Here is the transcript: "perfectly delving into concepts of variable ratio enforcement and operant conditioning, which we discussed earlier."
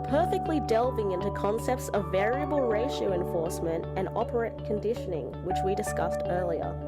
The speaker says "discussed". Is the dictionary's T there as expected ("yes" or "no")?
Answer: yes